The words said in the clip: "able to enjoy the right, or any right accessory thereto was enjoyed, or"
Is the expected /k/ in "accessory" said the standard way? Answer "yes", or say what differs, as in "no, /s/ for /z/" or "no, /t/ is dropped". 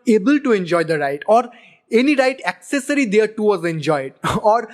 yes